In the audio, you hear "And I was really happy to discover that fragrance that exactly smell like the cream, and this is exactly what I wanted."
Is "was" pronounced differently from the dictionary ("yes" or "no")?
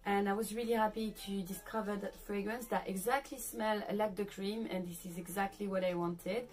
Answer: no